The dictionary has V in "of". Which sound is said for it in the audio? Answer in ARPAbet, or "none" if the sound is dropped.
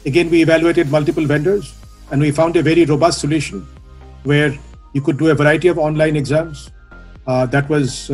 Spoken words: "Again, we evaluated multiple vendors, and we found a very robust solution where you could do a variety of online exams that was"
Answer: V